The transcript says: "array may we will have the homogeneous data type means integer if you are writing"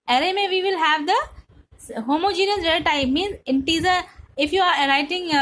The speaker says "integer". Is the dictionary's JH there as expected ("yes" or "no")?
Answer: no